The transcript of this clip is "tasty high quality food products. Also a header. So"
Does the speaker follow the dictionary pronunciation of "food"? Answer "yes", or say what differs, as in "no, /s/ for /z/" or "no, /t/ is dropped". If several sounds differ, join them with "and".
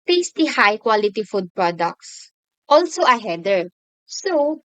yes